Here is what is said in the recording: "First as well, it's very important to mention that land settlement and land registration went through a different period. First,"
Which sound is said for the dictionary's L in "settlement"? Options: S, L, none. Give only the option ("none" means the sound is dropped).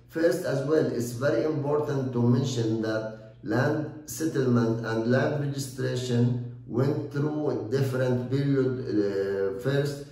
L